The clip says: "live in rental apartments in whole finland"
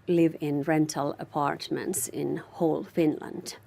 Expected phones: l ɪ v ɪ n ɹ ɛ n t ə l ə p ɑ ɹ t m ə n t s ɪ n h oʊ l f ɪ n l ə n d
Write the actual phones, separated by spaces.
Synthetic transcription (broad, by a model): l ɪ v ɪ n ɹ ɛ n t ə l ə p ɑ ɹ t m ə n t s ɪ n h oʊ l f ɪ n l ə n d